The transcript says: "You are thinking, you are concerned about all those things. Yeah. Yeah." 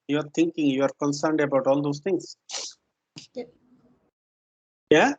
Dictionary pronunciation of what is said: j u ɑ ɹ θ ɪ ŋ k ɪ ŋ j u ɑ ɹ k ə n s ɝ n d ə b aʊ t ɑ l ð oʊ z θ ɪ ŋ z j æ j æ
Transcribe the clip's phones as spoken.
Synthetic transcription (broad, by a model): j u ɑ ɹ t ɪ ŋ k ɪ ŋ j u ɑ ɹ k ə n s ɝ n d ə b aʊ t ɑ l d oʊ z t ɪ ŋ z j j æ